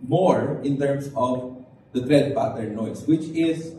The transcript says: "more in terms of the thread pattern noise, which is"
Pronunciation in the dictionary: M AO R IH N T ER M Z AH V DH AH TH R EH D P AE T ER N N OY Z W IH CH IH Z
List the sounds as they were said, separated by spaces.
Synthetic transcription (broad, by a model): M AO R IH N T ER M S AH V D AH T R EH D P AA T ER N N OY S W IH CH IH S